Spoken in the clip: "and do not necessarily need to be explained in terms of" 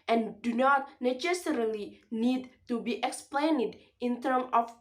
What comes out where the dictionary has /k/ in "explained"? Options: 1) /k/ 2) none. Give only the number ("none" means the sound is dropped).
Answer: 1